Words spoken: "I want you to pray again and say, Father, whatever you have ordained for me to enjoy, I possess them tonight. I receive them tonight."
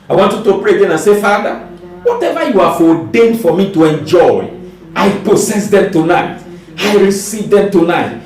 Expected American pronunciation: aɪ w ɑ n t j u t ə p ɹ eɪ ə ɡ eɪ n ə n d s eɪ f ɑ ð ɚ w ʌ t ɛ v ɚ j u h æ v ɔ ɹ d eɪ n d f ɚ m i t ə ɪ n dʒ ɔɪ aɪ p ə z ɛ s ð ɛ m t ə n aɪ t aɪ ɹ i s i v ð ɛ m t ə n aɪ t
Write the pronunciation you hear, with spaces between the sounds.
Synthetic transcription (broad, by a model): aɪ w ɑ n t j u t ə p ɹ eɪ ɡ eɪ n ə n s eɪ f ɑ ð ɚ w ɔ t ɛ v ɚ j u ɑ f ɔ d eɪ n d f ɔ m i t ə ɪ n dʒ ɔɪ aɪ p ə s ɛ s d ɛ m t ə n aɪ t aɪ ɹ i s i v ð ɛ m t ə n aɪ t